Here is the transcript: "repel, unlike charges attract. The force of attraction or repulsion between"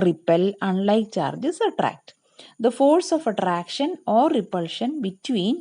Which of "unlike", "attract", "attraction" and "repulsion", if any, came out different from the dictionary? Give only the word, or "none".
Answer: none